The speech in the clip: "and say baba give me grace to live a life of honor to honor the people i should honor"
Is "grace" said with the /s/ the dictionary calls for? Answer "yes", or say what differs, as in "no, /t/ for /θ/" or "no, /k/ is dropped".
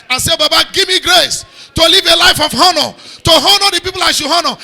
yes